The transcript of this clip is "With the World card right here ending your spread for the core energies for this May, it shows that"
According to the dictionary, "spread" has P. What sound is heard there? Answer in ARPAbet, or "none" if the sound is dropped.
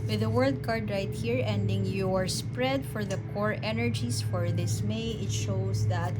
P